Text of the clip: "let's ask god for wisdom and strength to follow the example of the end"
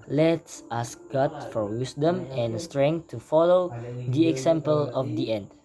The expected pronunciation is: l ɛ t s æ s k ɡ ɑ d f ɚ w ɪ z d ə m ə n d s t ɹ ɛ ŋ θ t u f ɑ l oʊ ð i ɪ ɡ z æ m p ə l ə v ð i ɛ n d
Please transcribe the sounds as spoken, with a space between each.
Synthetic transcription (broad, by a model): l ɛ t s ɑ s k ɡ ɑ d f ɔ w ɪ s d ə m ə n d s t ɹ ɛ ŋ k t u f ɑ l oʊ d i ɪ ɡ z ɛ m p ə l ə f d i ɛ n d